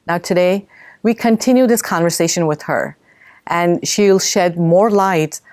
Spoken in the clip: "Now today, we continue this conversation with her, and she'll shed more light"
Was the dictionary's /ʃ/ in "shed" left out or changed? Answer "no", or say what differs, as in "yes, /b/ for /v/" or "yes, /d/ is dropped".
no